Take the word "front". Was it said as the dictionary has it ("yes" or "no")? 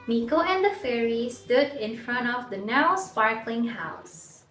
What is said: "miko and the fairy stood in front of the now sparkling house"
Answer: yes